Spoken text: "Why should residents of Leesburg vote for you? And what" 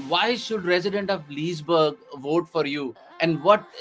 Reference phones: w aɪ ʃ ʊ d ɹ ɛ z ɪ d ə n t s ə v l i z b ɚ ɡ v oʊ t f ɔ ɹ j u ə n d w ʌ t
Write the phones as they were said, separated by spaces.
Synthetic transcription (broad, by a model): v aɪ ʃ ʊ d ɹ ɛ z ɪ d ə n t ə v l i z b ɚ ɡ v oʊ t f ɔ ɹ j u ə n d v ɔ t